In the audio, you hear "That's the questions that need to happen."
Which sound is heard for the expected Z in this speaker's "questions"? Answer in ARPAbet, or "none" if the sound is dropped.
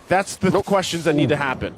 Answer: Z